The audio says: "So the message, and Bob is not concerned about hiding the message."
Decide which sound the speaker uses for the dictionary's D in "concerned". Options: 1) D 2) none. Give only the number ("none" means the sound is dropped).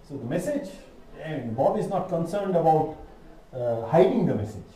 1